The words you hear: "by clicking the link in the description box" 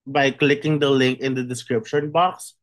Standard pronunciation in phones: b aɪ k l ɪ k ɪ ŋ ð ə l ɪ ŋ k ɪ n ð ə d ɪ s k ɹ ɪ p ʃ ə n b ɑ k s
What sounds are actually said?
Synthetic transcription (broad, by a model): b aɪ k l ɪ k ɪ ŋ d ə l ɪ ŋ k ɪ n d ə d ɪ s k ɹ ɪ p ʃ ə n b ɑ k s